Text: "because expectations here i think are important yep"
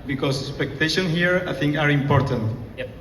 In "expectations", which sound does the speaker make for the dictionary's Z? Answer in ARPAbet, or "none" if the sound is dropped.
none